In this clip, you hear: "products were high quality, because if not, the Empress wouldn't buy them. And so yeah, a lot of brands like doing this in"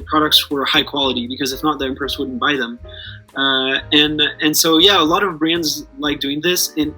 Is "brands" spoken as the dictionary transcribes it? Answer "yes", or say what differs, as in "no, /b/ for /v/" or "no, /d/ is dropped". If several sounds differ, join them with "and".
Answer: yes